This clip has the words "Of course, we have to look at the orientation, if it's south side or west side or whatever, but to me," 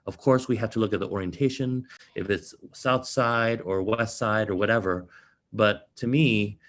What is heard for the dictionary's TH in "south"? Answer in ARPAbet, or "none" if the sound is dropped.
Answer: TH